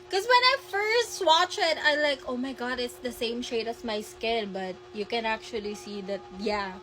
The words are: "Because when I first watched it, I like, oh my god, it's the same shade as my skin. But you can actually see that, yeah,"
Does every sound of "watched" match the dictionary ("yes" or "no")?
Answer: no